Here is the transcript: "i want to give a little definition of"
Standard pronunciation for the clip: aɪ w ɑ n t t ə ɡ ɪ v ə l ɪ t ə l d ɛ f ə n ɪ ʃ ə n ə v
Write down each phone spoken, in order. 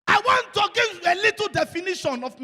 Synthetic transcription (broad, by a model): aɪ w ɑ n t t ə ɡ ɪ ə l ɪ t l d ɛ f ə n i ʃ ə n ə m